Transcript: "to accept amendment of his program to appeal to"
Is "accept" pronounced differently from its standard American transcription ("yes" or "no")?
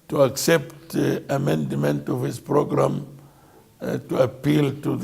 no